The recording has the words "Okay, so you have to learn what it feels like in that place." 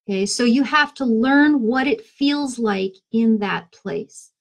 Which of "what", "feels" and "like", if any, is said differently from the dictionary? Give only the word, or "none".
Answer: none